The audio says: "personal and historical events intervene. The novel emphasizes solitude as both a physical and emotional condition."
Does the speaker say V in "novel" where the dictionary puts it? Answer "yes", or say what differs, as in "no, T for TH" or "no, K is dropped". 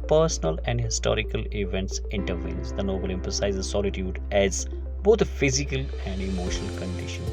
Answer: no, B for V